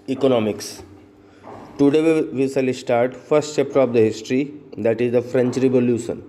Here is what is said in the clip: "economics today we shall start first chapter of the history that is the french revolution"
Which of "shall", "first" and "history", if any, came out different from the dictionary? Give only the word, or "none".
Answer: shall